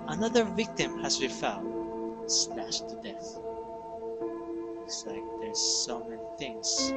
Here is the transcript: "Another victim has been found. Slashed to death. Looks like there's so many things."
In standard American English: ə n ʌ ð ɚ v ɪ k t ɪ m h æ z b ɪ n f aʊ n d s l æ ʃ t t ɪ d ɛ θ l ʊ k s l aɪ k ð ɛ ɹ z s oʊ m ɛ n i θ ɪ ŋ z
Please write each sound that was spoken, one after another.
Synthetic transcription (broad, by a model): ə n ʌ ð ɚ v ɪ k t ɪ m h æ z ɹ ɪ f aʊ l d s n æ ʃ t t ɪ d ɛ θ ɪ s l aɪ k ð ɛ ɹ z s oʊ m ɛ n i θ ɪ ŋ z